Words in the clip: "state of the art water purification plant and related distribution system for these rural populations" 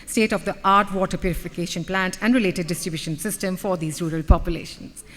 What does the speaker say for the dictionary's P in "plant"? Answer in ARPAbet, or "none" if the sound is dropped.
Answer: P